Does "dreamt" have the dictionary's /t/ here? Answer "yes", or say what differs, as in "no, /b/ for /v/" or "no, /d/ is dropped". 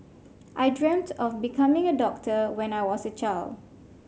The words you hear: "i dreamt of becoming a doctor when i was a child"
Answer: yes